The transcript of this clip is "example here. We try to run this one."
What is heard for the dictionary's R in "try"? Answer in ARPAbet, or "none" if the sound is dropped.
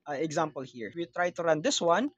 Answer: R